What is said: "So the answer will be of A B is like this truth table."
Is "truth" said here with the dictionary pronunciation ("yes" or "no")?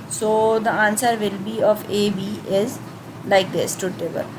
no